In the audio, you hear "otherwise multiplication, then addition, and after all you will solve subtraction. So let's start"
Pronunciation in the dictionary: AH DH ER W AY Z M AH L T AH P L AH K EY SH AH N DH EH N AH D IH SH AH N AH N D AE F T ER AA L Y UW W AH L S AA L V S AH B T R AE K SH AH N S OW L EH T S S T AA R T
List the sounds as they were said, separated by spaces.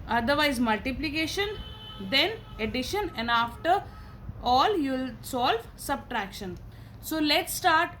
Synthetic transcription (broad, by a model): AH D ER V AY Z M AH L T AH P L AH K EY SH AH N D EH N AH D IH SH AH N AH N D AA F T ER AA L Y UW L S AA L V S AH B T R AE K SH AH N S OW L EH T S S T AA R T